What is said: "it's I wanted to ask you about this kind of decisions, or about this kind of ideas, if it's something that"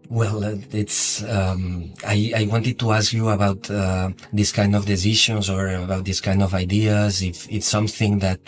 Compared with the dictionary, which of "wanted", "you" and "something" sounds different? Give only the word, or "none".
none